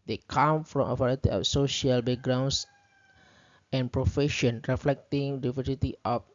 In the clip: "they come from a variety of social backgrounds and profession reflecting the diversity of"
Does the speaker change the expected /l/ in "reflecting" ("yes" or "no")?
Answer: no